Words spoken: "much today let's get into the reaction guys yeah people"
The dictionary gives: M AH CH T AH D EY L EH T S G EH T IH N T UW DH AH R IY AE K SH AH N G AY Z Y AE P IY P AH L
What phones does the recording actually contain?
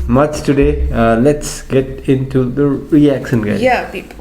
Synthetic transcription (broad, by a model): M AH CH T AH D EY L EH T S G EH T IH N T UW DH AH R IY AE K SH AH N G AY Y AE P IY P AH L